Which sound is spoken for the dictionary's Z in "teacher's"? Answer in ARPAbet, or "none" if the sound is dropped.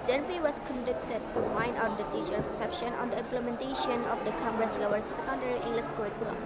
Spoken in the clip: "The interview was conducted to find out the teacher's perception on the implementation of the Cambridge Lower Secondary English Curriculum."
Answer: none